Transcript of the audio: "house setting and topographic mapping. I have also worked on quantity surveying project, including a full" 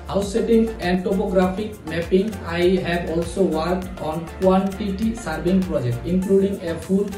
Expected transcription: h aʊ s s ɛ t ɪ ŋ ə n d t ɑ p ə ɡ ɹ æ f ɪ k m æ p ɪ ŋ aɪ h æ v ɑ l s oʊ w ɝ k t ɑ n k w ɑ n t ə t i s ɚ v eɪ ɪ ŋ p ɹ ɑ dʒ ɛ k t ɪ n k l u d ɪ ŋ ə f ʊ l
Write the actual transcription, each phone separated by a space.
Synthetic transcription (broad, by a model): h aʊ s s ɛ t ɪ ŋ ə n d t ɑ p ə ɡ ɹ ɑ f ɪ k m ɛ p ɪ ŋ aɪ h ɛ b ɑ l s oʊ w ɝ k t ɑ n k w ɑ n t ə t i s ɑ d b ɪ ŋ p ɹ ɑ dʒ ɛ k t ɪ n k l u d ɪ ŋ ə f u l